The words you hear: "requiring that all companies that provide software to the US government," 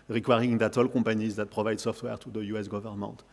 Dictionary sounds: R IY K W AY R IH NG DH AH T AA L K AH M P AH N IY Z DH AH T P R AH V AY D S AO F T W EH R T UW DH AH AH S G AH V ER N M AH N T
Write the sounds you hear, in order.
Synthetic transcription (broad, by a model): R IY K W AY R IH NG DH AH T AA L K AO P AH N IY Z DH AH T P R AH V AY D S AO F T W EH R T UW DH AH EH S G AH V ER N M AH N T